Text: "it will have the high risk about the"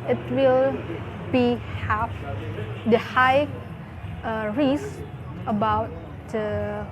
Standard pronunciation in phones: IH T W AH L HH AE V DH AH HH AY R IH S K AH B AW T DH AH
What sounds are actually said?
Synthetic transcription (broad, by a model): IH T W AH L HH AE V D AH HH AY R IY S AH B AW T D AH